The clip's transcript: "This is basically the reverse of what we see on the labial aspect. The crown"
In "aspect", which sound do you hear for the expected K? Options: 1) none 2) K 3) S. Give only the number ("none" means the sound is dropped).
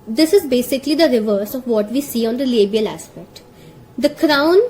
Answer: 2